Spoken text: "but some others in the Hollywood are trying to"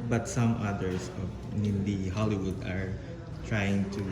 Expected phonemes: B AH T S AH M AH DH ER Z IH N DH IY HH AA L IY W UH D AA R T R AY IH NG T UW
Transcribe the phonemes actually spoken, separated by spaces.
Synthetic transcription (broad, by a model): B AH T S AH M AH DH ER S IH N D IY HH AA L IY W UH D AA R T R AY IH NG T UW